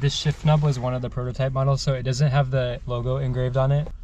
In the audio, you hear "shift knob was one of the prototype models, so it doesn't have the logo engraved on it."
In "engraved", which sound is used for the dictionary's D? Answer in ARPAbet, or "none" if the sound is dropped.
D